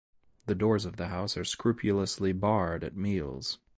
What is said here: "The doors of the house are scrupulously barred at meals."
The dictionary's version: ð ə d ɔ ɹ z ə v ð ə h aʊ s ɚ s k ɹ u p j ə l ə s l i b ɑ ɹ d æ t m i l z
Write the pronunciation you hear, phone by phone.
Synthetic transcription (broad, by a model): ð ə d ɔ ɹ z ə v ð ə h aʊ s ɚ s k ɹ u p j ə l ə s l i b ɑ ɹ d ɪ t m i l z